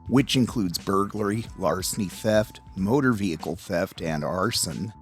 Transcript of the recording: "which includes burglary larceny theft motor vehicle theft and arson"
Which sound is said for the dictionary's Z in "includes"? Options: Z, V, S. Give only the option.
Z